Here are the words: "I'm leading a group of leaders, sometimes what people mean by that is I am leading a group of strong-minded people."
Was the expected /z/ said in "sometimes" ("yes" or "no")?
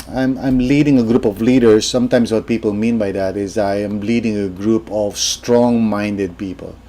no